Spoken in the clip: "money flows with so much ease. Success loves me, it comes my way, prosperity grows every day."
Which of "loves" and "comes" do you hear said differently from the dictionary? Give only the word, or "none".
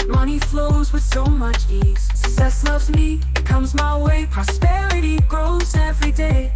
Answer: none